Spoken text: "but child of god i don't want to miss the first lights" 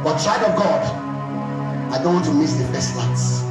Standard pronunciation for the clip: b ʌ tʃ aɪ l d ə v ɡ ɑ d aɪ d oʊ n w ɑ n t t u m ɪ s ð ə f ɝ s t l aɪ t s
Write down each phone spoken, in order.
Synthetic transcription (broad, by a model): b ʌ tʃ aɪ d ə v ɡ ɑ d aɪ d oʊ n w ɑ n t t u m ɪ s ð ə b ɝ s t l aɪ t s